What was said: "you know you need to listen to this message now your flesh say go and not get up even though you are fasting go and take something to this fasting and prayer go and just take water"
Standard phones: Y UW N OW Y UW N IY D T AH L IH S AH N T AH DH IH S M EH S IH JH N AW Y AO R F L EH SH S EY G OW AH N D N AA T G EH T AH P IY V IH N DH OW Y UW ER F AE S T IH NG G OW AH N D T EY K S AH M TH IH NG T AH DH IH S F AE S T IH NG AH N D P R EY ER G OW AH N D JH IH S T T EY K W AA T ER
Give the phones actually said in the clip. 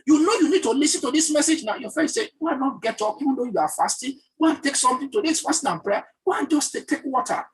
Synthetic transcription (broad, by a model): Y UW N OW Y UW N IY D T AH L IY S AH N T AH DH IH S M EH S IH JH N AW Y AO F EH S EY G OW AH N N AA T G EH T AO P IY V IH N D OW Y UW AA F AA S T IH G OW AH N T EY K S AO M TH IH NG T AH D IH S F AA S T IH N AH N P R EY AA G OW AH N JH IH S T T EY K W AA T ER